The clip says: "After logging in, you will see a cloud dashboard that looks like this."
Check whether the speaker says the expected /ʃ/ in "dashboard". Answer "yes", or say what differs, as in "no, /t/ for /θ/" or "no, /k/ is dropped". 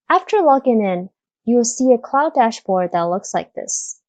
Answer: yes